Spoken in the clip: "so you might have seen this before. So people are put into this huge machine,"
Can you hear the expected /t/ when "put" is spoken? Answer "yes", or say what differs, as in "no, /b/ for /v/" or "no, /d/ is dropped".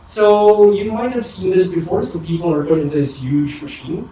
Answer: no, /t/ is dropped